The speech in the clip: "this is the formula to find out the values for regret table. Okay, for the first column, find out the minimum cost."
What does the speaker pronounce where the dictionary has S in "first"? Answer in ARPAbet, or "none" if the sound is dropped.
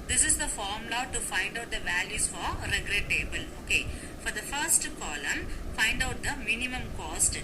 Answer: S